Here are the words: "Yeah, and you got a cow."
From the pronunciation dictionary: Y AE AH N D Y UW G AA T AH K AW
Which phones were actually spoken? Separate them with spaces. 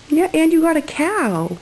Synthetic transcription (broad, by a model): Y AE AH N Y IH G AA T AH K AW